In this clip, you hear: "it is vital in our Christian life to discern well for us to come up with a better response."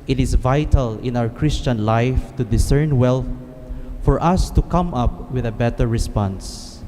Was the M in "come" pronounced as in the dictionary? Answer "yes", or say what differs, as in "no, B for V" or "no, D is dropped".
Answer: yes